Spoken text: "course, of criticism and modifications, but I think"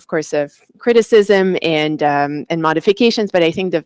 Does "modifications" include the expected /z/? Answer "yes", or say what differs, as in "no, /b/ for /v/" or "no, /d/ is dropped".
yes